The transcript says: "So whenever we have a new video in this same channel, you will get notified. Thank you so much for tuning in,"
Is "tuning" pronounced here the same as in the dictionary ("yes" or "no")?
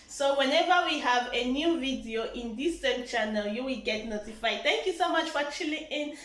no